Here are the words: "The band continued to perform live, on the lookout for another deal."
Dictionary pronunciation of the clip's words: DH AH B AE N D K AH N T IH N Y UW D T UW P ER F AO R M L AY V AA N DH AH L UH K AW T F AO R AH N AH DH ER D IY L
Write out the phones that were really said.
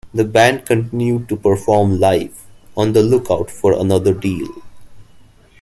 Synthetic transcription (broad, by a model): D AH B AE N D K AH N T IH N Y UW D T UW P ER F AO R M L AY F AA N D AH L UH K AW T F AO R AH N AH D ER D IY L